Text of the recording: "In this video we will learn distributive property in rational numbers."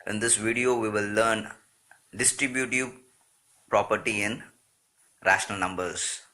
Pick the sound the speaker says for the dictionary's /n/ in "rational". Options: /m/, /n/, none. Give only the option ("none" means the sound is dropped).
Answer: /n/